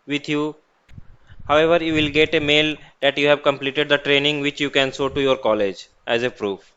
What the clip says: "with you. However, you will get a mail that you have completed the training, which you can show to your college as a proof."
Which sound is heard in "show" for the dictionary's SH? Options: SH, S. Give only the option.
S